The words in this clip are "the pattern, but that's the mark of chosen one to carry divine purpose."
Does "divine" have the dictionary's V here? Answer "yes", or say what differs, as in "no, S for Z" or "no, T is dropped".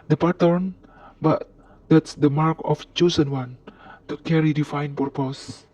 no, F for V